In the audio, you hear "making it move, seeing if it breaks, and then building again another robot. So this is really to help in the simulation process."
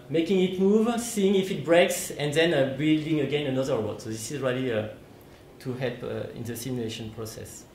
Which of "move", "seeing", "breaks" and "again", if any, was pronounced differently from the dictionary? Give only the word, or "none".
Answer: none